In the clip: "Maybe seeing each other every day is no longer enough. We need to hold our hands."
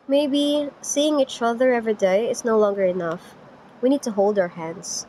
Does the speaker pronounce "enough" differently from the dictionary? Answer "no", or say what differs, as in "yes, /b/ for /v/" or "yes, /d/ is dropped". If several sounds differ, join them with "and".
no